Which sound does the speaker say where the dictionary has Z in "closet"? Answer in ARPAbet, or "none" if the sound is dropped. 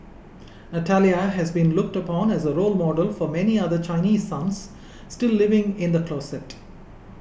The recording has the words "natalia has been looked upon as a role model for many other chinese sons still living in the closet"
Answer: S